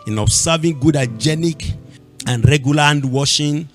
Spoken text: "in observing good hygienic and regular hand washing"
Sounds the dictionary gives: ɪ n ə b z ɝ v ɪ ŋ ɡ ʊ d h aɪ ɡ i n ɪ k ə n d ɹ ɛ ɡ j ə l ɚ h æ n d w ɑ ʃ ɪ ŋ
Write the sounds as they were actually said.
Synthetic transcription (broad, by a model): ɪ n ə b s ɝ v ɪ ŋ ɡ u d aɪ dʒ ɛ n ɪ k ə n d ɹ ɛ ɡ j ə l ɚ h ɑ n d w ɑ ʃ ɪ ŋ